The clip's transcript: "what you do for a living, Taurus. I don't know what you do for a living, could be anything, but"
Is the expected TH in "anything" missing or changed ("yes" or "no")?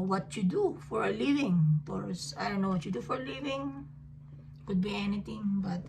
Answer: yes